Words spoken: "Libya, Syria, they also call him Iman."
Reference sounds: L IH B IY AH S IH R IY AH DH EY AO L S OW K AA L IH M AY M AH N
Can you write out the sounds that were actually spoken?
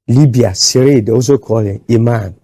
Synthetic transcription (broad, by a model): L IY B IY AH S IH R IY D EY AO S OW K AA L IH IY M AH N